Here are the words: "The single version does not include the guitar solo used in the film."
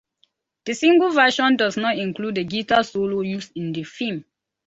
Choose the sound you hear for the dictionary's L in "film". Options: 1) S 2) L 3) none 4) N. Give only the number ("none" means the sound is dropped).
3